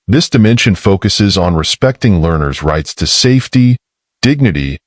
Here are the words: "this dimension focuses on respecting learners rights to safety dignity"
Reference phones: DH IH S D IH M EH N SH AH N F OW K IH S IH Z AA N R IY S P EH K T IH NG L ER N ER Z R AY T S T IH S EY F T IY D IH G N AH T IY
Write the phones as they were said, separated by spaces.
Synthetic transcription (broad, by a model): DH IH S D IH M EH N SH AH N F OW K IH S IH Z N R IY S P EH K T IH NG L ER N ER Z R AY T S T IH S EY F T IY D IH G N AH T IY